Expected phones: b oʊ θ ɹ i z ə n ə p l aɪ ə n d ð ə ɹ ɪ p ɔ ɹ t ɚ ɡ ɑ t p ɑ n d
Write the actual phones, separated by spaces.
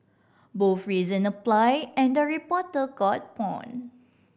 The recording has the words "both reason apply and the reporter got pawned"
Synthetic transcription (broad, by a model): b oʊ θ ɹ i z ə n ə p l aɪ ə n d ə ɹ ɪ p ɔ t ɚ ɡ ɑ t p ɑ n